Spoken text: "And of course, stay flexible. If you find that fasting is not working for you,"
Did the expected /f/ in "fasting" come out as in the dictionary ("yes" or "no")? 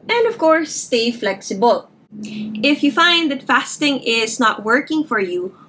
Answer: yes